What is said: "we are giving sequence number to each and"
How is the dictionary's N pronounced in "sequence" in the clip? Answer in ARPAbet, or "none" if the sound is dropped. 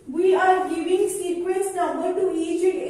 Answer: none